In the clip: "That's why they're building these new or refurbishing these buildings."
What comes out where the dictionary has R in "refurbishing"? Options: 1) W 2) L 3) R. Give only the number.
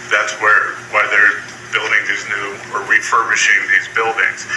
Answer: 1